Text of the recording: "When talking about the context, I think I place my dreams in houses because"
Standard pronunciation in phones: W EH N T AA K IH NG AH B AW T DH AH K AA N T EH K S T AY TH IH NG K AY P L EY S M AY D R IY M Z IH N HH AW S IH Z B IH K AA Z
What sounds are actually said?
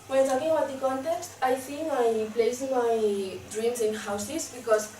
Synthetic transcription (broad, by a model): W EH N T AA K IH NG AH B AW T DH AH K AA N T EH K S T AY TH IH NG AY P L EY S M AY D R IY M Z IH N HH AW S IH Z B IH K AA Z